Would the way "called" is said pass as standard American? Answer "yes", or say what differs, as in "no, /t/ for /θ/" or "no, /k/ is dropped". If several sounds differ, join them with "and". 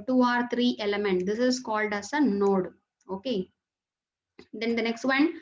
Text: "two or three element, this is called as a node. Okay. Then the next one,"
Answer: yes